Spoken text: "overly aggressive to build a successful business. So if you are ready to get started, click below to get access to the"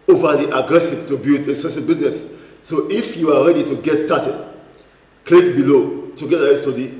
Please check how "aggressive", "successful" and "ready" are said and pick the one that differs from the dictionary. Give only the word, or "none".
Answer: successful